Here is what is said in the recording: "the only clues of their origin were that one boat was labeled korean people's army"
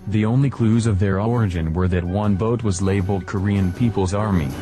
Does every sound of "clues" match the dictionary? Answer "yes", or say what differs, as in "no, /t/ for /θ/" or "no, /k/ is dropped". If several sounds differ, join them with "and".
yes